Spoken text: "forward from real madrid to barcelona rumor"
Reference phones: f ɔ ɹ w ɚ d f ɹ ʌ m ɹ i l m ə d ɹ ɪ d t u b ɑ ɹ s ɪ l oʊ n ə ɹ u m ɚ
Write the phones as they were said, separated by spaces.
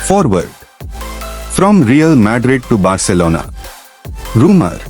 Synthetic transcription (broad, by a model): f ɔ ɹ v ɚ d f ɹ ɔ m ɹ i l m ə d ɹ ɪ d t u b ɑ ɹ s ɪ l oʊ n ə ɹ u m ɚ